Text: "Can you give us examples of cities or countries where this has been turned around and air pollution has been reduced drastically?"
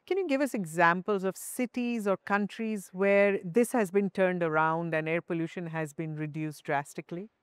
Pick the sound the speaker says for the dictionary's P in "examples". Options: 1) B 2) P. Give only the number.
2